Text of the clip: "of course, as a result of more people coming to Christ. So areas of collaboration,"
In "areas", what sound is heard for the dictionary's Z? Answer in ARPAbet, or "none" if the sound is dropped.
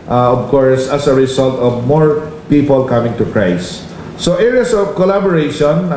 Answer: S